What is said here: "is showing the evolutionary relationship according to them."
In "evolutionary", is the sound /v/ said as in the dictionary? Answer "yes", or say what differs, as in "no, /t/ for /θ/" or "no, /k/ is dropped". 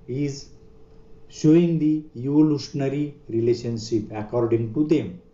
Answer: no, /v/ is dropped